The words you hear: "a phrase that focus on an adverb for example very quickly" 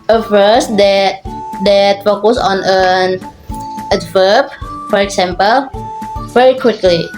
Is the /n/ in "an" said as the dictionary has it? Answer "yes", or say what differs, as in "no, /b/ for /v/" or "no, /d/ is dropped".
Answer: yes